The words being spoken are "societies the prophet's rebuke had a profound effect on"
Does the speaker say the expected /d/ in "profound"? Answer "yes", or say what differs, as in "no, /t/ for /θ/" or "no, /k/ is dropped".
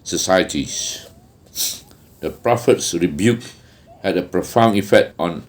no, /d/ is dropped